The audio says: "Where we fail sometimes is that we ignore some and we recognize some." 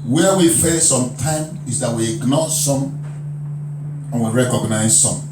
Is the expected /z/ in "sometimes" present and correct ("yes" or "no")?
no